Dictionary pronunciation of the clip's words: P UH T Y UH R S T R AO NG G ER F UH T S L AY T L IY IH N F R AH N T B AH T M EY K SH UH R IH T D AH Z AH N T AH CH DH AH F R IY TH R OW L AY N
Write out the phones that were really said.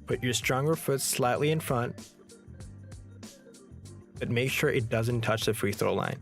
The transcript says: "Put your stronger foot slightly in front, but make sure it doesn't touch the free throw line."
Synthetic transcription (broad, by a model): P UH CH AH R S T R AO NG G ER F UH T S L AY T L IY IH N F R AH N T B AH T M EY K SH UH R IH T D AH Z AH N T AH CH DH AH F R IY TH R OW L AY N